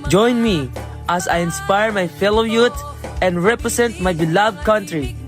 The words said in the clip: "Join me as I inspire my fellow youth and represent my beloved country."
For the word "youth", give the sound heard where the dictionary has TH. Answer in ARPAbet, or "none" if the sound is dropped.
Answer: T